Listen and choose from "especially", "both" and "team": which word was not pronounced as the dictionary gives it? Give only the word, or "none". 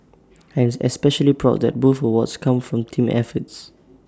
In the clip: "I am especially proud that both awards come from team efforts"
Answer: both